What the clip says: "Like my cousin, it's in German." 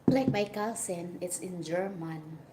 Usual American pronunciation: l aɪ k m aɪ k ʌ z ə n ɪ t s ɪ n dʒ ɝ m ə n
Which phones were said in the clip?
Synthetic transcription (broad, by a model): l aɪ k m aɪ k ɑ s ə n ɪ t s ɪ n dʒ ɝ m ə n